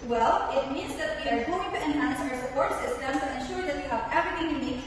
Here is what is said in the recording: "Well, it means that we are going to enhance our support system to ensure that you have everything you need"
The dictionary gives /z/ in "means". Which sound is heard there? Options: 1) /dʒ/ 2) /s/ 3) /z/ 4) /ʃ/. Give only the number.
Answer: 3